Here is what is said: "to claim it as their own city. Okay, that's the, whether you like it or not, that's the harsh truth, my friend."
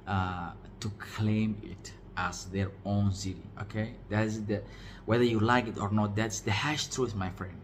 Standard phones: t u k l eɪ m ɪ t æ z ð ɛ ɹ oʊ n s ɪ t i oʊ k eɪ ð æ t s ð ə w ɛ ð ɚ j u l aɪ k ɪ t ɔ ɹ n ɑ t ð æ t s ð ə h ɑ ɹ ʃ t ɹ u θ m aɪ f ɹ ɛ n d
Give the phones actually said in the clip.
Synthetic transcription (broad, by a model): t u k l eɪ m ɪ t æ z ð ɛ ɹ oʊ n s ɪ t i oʊ k eɪ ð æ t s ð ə w ɛ ð ɚ j u l aɪ k ɪ t ɔ ɹ n ɑ t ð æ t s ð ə h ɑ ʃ t ɹ u θ m aɪ f ɹ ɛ n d